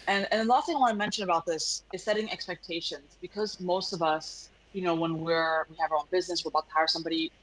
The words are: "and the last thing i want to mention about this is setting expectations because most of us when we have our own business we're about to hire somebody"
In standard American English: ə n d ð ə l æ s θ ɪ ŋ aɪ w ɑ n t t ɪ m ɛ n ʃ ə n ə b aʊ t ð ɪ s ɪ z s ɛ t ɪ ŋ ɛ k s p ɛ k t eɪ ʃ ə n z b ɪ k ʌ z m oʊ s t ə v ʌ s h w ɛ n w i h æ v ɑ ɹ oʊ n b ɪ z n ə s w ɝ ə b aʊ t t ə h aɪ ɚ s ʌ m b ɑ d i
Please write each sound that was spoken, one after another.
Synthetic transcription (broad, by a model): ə n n ð ə l æ s t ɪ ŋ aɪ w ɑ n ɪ m ɛ n ʃ ə n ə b aʊ t ð ɪ s ɪ z s ɛ t ɪ ŋ ɛ k s p ɛ k t eɪ ʃ ə n z b ɪ k ʌ z m oʊ s t ə v ʌ s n w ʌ n w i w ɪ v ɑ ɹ oʊ n b ɪ z n ə s w ɝ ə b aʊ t t ə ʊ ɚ s ʌ m b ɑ d i